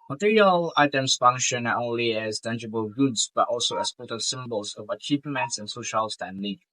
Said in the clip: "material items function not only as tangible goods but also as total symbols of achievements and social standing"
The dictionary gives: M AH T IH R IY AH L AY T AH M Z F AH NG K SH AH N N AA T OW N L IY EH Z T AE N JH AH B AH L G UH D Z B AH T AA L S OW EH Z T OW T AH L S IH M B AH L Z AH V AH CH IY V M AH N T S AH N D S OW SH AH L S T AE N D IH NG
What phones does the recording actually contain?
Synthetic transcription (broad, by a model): M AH T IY R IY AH L AY T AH M S F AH NG K SH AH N N AA T OW N L IY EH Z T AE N JH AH B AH L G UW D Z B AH T AA L S OW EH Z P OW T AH S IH M B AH L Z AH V AH CH IY V M AH N T S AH N S OW SH AH L S T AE N D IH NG